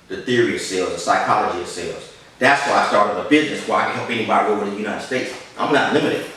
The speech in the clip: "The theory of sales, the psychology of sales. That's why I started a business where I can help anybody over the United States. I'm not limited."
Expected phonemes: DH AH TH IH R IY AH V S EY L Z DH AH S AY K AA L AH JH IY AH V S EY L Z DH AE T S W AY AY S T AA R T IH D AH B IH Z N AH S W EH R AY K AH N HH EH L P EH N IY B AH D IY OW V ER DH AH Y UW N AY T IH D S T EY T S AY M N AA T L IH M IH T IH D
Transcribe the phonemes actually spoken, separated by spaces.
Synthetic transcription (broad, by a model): DH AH TH IH R IY AH V S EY L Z DH AH S AY K AA L AH JH IY AH V S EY L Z DH AE T S W AY AY S T AA R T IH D AH B IH Z N AH S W AY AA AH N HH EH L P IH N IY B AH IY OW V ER DH AH Y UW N AY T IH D S T EY T S AY M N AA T L IH M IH T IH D